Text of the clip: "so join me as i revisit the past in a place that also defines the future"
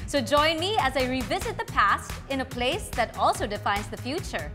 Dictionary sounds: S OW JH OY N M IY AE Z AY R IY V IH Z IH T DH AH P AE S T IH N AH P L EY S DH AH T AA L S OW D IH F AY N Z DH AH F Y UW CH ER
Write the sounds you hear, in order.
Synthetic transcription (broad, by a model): S OW JH OY N M IY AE Z AY R IY V IH Z IH T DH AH P AE S T IH N AH P L EY S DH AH T AA L S OW D IH F AY N Z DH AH F Y UW CH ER